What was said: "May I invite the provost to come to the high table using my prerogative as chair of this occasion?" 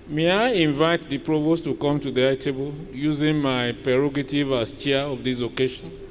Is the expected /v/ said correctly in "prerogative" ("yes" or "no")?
yes